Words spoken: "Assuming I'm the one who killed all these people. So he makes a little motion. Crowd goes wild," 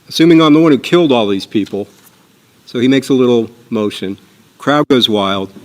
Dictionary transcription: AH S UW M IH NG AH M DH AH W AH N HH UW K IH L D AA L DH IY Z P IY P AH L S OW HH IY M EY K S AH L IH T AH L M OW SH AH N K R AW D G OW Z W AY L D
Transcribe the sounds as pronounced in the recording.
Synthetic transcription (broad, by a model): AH S UW M IH NG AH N DH AH W AH N HH UW K IH L D AA L DH IY Z P IY P L S OW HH IY M EY K S AH L IH T L M OW SH AH N K R AW D G OW Z W AY L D